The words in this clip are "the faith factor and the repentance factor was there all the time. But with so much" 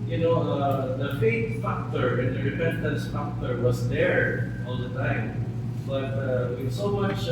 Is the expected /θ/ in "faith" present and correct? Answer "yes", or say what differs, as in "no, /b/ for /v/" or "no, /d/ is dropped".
no, /t/ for /θ/